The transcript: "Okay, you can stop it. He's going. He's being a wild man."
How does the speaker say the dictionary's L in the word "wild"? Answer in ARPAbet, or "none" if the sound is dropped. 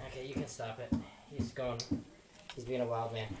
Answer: L